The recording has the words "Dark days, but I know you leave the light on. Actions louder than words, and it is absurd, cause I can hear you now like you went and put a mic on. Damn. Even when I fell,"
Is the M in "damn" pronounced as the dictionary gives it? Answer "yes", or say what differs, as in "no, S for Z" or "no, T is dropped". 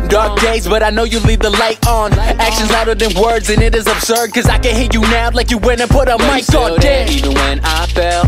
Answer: no, M is dropped